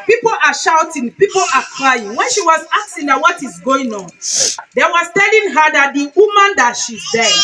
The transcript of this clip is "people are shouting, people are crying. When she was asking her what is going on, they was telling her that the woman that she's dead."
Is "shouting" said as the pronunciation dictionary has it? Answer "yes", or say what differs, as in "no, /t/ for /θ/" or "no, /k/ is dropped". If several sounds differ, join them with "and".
yes